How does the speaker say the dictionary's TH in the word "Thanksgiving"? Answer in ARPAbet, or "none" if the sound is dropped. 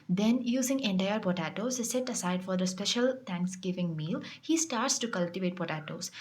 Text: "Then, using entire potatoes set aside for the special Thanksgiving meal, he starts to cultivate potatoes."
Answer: T